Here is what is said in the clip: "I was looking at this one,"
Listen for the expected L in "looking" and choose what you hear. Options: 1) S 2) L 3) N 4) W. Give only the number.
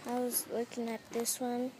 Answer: 4